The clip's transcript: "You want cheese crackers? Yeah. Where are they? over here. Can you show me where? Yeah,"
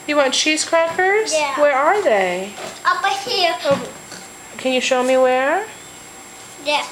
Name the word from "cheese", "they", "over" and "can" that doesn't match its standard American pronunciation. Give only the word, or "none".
over